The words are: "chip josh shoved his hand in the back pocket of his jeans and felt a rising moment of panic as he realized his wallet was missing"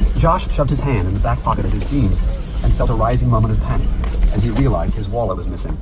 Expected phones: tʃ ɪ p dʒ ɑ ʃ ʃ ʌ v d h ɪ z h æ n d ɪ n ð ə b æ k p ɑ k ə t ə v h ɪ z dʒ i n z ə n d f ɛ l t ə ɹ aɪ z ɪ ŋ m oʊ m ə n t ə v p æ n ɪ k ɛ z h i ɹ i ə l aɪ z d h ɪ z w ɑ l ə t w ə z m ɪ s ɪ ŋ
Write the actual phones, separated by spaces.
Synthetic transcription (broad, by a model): dʒ ɑ ʃ ʃ ʌ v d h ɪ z h æ n d ɪ n ð ə b æ k p ɑ k ə t ə v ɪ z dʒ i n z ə n f ɛ l t ə ɹ aɪ z ɪ ŋ m oʊ m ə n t ə v p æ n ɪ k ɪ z i ɹ i ə l aɪ z d h ɪ z w ɑ l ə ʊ w ə z m ɪ s ɪ ŋ